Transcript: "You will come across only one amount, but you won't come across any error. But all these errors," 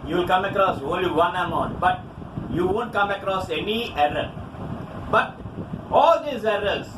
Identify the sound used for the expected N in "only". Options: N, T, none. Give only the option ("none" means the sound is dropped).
none